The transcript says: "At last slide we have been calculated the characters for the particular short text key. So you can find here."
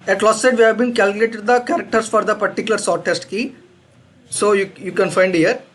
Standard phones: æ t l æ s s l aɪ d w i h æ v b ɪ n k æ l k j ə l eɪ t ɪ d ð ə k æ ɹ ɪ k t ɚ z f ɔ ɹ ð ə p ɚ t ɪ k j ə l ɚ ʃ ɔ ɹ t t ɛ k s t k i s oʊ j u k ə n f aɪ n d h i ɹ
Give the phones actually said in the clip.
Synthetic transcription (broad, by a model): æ t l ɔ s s ɛ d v i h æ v b ɪ n k æ l k j ə l eɪ t ɪ d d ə k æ ɹ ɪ k t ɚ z f ɔ ɹ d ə p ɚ t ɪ k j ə l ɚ s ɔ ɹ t t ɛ s t k i s oʊ j u k ə n f aɪ n d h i ɹ